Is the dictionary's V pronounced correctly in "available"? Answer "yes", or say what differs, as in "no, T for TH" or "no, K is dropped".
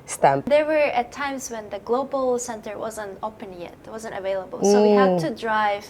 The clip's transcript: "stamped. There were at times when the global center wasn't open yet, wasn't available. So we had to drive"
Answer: yes